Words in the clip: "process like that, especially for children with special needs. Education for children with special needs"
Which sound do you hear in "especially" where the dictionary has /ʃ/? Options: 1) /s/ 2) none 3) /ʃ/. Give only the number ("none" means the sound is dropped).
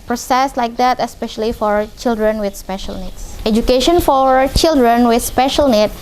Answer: 3